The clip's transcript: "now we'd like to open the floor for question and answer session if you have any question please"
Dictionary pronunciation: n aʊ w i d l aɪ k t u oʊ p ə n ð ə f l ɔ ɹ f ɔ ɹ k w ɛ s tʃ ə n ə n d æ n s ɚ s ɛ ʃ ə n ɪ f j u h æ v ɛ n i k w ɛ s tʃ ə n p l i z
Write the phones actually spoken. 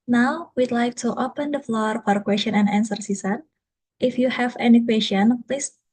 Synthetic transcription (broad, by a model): n aʊ w i d l aɪ k t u oʊ p ə n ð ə f l ɔ ɹ f ɔ ɹ k w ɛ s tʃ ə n ə n d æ n s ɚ s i s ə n ɪ f j u h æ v ɛ n i k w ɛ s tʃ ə n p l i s